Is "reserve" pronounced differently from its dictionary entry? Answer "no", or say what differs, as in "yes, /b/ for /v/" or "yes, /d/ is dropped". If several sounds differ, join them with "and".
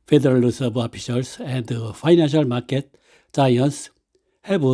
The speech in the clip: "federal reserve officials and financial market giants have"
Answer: yes, /s/ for /z/